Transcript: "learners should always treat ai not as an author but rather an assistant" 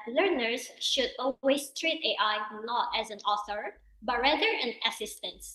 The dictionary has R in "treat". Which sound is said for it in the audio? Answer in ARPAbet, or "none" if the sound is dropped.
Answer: R